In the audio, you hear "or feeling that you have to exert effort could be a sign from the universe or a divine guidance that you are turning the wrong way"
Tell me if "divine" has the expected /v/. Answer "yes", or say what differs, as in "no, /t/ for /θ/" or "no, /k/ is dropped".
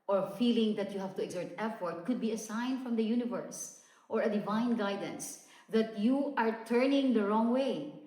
yes